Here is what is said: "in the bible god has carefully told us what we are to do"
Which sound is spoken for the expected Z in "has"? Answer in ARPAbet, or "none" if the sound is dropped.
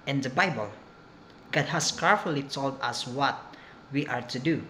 S